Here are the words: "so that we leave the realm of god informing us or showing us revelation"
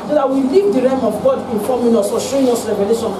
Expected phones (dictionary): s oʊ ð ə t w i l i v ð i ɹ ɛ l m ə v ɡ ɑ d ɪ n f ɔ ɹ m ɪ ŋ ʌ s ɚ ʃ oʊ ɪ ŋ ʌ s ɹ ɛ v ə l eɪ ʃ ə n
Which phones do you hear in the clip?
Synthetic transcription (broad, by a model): s oʊ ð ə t w i l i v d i ɹ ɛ m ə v ɡ ɑ d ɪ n f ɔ m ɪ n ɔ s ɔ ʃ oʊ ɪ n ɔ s ɹ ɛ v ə l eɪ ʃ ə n